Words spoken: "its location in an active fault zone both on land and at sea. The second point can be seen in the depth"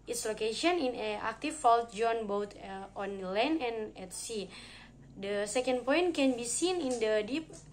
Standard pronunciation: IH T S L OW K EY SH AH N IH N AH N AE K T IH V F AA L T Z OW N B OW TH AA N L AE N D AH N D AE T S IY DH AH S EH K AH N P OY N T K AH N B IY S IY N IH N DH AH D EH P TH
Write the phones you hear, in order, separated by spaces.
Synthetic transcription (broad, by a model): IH T S L OW K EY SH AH N IH N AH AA K T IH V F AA L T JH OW N B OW T AA N L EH N AH N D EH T S IY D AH S EH K AH N P OY N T K AH N B IY S IY N IH N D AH D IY P